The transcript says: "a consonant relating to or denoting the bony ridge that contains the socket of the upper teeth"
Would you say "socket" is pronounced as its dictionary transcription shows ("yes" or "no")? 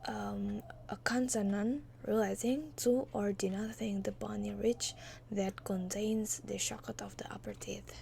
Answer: no